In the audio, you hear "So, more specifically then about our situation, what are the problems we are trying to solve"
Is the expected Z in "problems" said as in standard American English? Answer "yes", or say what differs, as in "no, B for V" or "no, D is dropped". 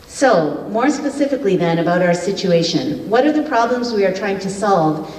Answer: yes